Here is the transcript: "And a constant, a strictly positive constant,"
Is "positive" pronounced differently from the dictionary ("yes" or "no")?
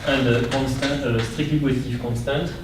yes